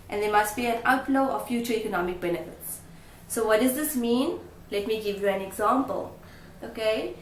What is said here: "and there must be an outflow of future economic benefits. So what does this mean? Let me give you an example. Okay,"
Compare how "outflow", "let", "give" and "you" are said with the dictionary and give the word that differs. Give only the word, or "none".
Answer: outflow